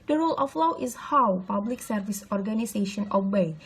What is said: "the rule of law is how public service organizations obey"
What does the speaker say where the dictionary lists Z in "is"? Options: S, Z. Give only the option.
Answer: S